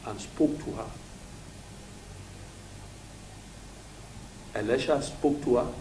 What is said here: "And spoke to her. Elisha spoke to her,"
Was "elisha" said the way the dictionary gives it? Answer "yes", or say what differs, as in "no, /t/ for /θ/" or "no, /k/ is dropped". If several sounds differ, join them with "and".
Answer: yes